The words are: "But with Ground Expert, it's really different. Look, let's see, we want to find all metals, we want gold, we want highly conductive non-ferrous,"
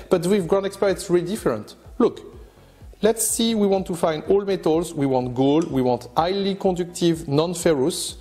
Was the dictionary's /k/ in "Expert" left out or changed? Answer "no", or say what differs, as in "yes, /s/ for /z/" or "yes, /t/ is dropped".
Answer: no